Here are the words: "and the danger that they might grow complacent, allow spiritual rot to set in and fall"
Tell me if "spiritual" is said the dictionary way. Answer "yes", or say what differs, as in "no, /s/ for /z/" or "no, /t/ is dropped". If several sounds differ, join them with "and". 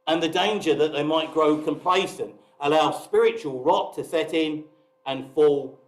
yes